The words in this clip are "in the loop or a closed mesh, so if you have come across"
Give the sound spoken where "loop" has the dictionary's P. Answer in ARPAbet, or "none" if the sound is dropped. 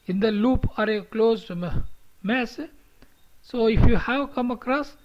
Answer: P